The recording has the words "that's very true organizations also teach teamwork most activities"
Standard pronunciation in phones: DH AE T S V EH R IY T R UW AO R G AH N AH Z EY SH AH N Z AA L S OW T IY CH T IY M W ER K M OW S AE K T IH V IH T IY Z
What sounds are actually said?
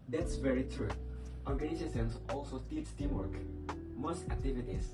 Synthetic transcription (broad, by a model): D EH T S V EH R IY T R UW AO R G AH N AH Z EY S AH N S AA L S OW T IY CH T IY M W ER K M OW S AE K T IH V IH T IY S